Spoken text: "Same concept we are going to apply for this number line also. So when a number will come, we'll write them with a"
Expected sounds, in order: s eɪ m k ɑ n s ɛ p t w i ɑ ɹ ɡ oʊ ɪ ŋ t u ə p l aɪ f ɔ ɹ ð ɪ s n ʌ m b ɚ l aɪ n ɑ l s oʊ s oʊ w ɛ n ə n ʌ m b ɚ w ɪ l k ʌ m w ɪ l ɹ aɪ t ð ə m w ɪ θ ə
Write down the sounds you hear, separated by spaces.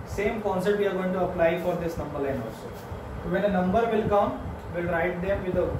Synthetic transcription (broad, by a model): s eɪ m k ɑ n s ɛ t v i ɑ ɹ ɡ oʊ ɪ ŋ t u ə p l aɪ f ɔ ɹ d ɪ s n ʌ m b ɚ l aɪ n ɑ l s oʊ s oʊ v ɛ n ə n ʌ m b ɚ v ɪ l k ʌ m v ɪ l ɹ aɪ t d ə m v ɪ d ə